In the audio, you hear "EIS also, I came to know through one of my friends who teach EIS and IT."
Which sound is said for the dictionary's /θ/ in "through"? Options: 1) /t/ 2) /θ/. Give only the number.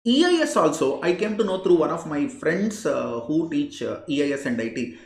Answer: 1